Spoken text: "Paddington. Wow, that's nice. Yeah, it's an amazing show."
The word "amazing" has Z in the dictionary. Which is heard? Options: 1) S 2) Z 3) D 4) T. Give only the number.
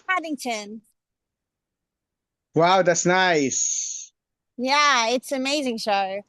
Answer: 2